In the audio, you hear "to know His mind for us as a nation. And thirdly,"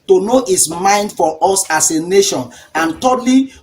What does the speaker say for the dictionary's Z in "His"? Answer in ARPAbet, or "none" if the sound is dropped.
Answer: S